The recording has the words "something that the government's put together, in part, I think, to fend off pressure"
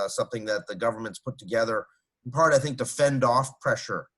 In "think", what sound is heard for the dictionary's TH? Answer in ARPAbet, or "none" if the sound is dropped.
TH